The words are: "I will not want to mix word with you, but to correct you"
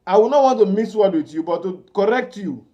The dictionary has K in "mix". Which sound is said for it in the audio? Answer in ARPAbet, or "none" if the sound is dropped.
none